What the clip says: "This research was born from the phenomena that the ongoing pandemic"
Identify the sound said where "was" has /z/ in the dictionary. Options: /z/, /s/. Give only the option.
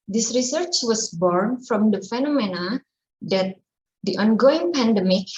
/s/